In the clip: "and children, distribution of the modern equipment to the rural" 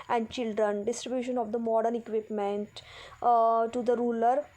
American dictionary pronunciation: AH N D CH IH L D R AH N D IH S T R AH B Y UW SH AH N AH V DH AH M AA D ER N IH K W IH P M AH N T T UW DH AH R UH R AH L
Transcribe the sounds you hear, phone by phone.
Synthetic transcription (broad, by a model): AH N D CH IH L D R AH N D IH S T R AH B Y UW SH AH N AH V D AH M AA D ER N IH K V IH P M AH N T T UW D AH R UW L AH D